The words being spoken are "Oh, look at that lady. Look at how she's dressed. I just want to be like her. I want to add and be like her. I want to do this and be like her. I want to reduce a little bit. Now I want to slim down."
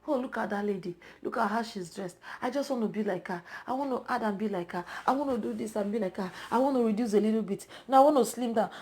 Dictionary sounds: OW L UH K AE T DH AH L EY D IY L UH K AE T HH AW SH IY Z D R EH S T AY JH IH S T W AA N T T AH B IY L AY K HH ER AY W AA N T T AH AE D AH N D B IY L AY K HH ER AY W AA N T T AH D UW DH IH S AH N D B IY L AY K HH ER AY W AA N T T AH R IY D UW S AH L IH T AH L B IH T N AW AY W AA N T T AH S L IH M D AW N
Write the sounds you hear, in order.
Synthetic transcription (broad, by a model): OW L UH K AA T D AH L EY D IY L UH K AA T HH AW SH IY Z D R EH S T AY JH IH S T W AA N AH B IY L AY K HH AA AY W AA N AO T AH D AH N B IY L AY K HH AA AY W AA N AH D UW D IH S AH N B IY L AY K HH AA AY W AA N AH R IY D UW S AH L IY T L B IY T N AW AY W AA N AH S L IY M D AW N